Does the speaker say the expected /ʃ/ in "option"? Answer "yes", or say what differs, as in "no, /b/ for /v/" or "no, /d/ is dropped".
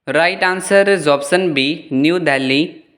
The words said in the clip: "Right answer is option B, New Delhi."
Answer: no, /s/ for /ʃ/